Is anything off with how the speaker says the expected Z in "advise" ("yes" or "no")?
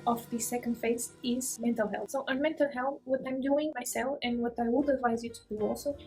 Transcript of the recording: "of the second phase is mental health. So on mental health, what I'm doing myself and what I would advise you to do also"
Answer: no